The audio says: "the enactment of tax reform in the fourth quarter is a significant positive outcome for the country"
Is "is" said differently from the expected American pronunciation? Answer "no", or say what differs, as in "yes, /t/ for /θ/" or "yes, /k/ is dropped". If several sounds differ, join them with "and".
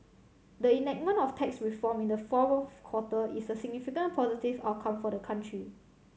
yes, /s/ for /z/